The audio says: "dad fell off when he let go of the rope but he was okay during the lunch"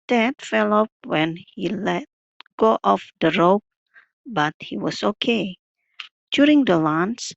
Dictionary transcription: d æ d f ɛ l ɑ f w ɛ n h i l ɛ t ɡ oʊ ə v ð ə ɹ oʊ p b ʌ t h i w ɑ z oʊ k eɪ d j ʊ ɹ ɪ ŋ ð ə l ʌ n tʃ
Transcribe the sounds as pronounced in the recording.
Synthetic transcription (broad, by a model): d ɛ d f ɛ l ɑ p w ɛ n h i l ɛ t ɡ oʊ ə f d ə ɹ oʊ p b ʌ t h i w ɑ s oʊ k eɪ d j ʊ ɹ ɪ ŋ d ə l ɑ n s